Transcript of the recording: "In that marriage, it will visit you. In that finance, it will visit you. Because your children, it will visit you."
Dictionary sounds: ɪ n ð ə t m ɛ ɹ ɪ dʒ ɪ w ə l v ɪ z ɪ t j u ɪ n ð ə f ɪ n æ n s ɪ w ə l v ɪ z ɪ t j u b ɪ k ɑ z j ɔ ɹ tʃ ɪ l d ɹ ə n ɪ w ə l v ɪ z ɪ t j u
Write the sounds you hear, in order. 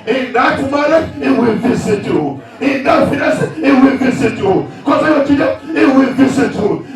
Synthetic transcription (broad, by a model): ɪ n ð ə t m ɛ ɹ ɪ ɪ w ə l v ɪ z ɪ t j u ɪ n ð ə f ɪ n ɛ s ɪ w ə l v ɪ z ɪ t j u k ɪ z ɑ j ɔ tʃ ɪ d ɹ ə ɪ w ə l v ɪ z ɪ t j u